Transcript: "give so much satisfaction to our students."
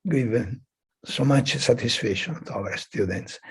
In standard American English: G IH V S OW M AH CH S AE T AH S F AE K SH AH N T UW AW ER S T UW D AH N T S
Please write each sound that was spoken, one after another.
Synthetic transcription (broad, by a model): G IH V S OW M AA CH S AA T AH S F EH SH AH N T UW AW ER S T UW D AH N T S